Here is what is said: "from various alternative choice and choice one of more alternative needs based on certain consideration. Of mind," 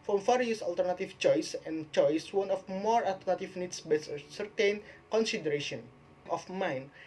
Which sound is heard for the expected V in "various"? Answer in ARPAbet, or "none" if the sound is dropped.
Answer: F